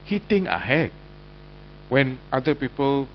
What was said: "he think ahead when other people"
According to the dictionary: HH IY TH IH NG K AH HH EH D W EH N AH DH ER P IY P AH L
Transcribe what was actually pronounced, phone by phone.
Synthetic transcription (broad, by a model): HH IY T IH NG AH HH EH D W EH N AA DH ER P IY P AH L